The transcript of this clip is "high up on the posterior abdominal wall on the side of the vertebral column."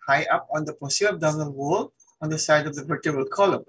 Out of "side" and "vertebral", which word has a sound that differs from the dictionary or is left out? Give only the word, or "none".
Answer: vertebral